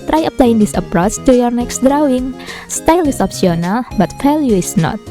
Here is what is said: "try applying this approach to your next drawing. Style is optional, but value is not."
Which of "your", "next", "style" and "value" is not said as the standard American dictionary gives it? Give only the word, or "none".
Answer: value